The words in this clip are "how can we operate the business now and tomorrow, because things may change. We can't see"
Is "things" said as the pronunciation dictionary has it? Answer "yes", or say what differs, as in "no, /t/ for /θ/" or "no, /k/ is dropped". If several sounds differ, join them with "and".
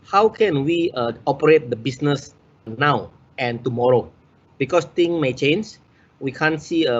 no, /z/ is dropped